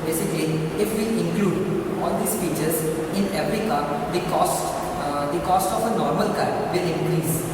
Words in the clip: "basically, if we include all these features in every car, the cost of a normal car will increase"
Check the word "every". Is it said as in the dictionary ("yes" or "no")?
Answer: no